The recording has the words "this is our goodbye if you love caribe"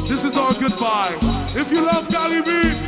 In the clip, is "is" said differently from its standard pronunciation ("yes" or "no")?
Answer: no